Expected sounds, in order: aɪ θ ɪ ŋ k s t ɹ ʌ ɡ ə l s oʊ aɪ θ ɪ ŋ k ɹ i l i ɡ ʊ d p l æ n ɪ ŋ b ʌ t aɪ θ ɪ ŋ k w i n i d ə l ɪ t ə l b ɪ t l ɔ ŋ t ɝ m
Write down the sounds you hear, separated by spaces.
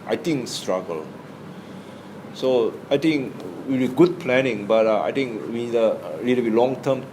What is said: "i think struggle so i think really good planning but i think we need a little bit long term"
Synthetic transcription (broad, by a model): aɪ t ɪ ŋ k s t ɹ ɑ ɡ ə l s oʊ aɪ t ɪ ŋ k w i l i ɡ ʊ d p l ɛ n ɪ ŋ b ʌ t aɪ t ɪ ŋ k w i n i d ə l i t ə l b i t l ɔ ŋ t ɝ m